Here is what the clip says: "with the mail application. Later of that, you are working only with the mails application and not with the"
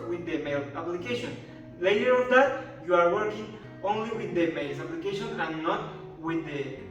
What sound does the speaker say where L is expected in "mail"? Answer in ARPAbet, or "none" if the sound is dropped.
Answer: L